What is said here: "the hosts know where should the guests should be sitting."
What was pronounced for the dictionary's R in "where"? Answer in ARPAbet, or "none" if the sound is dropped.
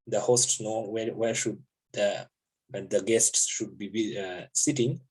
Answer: W